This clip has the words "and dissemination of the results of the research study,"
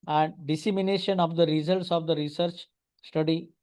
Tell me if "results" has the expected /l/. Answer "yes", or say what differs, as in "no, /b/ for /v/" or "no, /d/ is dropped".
yes